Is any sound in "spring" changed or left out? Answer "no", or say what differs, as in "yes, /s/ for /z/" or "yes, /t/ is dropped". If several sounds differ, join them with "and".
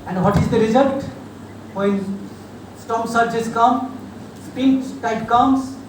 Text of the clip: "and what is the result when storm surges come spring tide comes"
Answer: yes, /ɹ/ is dropped